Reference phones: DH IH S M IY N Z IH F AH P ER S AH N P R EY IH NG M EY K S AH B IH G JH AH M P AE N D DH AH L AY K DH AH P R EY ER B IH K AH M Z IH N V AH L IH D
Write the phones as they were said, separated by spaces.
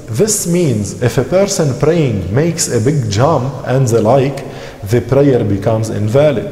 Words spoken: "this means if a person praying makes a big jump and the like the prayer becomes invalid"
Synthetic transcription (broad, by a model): DH IH S M IY N Z IH F AH P ER S AH N P R EY IH NG M EY K S AH B IH G JH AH M P AE N D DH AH L AY K DH AH P R EY ER B IH K AH M Z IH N V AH L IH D